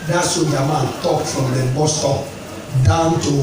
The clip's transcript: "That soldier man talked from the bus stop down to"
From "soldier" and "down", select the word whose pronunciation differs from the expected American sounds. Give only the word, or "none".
soldier